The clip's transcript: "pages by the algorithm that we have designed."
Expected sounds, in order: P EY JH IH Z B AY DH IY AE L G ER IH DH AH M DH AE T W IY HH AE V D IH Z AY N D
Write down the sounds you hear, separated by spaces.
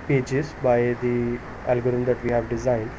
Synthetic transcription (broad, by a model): P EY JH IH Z B AY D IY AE L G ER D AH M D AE T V IY HH AE V D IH Z AY N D